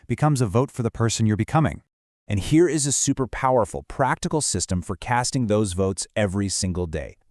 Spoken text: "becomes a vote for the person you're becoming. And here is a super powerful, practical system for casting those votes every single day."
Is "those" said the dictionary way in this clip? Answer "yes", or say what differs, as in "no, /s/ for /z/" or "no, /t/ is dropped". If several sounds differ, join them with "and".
yes